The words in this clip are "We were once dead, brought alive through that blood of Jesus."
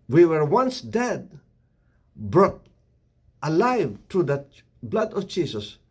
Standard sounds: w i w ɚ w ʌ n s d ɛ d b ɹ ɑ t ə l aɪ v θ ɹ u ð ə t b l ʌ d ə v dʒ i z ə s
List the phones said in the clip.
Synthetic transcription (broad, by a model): w i w ɚ w ʌ n s d ɛ d b ɹ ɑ t ə l aɪ v t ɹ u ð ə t b l ʌ d ə v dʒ i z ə s